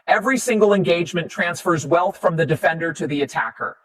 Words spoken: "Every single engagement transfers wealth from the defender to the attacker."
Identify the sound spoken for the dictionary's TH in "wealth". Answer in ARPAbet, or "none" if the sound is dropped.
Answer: TH